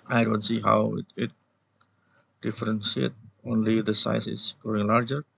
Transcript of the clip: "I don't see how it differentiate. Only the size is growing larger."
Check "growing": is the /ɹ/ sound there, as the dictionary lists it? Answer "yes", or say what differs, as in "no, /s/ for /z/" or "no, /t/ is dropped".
no, /ɹ/ is dropped